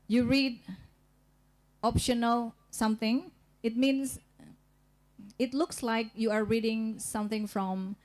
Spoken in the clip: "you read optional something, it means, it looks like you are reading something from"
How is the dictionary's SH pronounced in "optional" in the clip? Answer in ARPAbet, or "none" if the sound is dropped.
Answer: SH